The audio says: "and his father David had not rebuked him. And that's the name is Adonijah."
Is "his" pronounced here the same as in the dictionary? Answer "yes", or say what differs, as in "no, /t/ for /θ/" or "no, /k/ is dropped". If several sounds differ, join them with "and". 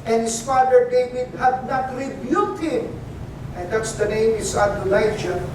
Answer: no, /s/ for /z/